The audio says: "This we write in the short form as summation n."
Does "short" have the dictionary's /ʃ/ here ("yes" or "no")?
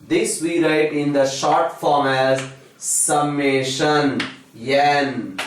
yes